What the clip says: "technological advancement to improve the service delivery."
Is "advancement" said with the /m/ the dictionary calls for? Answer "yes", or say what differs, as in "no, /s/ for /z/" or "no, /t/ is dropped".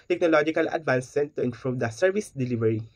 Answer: no, /m/ is dropped